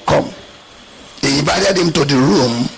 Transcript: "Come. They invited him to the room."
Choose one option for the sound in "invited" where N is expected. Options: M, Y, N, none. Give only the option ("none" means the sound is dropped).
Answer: none